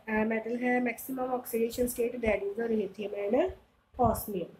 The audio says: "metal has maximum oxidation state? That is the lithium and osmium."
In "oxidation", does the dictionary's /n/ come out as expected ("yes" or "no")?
yes